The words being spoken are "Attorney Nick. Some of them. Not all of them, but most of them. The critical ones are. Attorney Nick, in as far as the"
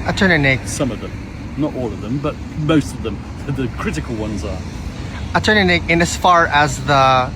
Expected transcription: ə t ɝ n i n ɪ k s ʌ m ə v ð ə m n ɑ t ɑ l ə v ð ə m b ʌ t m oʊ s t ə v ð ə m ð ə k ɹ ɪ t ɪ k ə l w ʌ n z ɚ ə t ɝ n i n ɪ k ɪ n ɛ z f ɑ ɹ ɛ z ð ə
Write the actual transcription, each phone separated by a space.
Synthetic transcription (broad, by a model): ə t ɝ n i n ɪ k s ʌ m ə v ð ə m n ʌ t ɑ l ə v ð ə m b ʌ t m oʊ s t ə v ð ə m ð ə k ɹ ɪ t ɪ k ə l w ʌ n z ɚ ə t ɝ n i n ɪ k ɪ n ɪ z f ɑ ɹ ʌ z ð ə